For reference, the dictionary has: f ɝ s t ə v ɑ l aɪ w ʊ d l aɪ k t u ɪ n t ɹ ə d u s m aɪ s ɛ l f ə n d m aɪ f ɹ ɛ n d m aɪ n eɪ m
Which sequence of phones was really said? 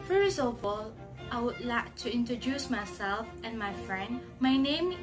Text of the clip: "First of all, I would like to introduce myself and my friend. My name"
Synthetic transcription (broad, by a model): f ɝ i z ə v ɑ l aɪ w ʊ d l aɪ k t u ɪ n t ɹ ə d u s m aɪ s ɛ l f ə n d m aɪ f ɹ ɛ n d m aɪ n eɪ m